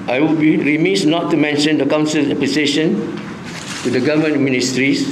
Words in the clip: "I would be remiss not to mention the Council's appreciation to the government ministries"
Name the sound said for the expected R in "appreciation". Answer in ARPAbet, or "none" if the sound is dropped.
L